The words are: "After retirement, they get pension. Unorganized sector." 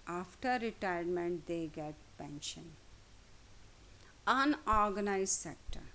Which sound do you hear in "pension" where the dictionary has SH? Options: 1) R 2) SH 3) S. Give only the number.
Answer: 2